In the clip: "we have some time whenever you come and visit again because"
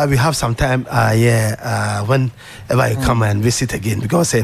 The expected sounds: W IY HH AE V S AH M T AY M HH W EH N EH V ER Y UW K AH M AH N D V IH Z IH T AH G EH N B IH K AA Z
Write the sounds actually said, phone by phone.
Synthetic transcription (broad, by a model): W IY HH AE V S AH M T AY M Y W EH N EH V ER Y UW K AH M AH N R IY S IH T AH G EH N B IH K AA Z